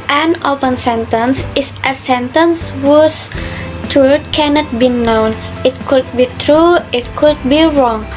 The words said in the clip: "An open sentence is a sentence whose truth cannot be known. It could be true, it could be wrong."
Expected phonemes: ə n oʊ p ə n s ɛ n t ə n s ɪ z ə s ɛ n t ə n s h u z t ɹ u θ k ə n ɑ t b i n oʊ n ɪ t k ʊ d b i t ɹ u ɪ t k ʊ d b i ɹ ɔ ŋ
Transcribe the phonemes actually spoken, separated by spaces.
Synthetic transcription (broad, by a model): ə n oʊ p ə n s ɛ n t ə n s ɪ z ə s ɛ n t ə n s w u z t u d k ə n ɑ t b i n oʊ n ɪ t k ʊ d b i t ɹ u ɪ t k ʊ d b i ɹ ɔ ŋ